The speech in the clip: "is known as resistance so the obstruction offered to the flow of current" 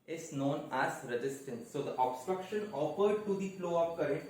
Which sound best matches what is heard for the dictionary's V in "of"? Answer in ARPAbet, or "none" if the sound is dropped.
P